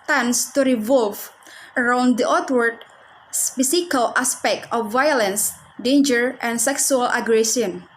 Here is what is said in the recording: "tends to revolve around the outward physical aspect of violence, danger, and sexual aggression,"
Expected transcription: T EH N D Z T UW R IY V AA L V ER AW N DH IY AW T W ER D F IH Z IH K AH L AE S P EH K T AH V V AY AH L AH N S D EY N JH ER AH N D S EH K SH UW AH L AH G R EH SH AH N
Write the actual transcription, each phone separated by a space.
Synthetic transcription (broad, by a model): T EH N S T UW R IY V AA L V ER AW N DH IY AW T W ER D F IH S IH K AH L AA S P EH K T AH F V AY AH L AH N S D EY N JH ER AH N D S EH K S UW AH L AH G R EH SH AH N